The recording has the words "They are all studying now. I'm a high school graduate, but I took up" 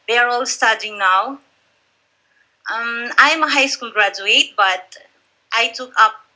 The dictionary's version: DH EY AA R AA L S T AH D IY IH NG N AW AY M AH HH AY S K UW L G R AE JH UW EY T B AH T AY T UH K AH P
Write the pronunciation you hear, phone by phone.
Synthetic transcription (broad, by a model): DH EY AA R AA L S T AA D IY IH NG N AW AY M AH HH AY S K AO N G R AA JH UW EY T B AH T AY T UH K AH P